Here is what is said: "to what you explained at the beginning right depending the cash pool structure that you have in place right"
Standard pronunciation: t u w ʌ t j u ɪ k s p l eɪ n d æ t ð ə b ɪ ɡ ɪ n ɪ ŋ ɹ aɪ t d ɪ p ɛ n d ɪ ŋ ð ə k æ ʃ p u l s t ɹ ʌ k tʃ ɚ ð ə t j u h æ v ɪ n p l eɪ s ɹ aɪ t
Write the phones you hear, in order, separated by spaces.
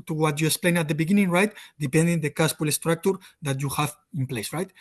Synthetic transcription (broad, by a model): t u w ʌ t j u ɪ k s p l eɪ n ɑ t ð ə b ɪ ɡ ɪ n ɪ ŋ ɹ aɪ t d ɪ p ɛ n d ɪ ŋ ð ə k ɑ s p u l s t ɹ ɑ k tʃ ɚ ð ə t j u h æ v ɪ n p l eɪ s ɹ aɪ t